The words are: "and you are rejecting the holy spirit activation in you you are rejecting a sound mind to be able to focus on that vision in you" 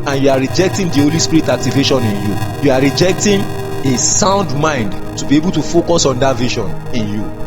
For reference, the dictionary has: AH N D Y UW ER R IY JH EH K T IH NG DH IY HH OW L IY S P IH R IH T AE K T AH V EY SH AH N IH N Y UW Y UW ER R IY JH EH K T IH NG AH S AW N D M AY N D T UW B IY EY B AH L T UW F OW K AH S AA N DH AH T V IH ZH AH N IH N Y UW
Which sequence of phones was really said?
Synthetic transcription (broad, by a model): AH N Y UW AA R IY JH EH K T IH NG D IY HH OW L IY S P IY R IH T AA K T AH V EY SH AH N IH N Y UW Y UW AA R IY JH EH K T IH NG AH S AW N D M AY N D T UW B IY EY B AH L T UW F OW K AH S AA N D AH T V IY SH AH N IH N Y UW